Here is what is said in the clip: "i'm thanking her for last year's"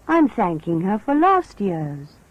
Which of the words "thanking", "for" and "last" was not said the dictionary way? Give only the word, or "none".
none